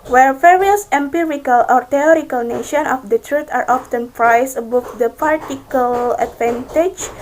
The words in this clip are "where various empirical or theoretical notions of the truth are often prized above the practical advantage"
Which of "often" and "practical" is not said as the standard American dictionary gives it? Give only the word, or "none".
practical